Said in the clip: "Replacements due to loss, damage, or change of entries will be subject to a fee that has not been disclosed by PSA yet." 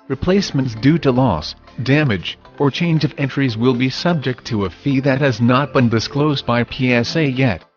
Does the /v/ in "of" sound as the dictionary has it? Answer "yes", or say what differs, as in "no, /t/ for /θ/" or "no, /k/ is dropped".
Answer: yes